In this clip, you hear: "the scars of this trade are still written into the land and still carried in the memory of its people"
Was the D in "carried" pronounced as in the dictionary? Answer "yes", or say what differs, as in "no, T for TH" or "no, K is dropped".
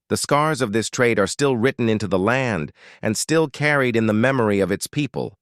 yes